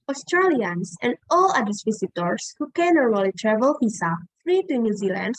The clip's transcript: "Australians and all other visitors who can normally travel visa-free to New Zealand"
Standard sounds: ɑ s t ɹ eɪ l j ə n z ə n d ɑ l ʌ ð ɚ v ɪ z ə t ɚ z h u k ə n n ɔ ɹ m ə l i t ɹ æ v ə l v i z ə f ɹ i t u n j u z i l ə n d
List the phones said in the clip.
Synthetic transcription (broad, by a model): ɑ s t ɹ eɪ l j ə n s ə n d ɑ l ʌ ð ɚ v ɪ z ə t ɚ s h u k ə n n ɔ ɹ ə l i t ɹ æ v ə l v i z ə f ɹ i t u n j u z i l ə n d